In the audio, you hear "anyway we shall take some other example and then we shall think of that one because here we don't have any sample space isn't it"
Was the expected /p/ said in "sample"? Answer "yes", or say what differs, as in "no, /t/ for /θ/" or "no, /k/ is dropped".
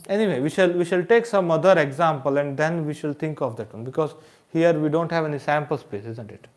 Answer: yes